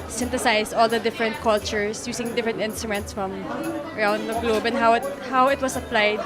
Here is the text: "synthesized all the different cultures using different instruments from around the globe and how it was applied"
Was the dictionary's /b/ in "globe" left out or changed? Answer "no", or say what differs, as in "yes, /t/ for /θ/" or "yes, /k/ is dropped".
no